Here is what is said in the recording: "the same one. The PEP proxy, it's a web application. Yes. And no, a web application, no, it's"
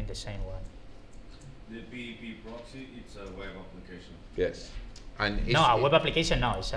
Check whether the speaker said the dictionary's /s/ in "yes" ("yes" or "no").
yes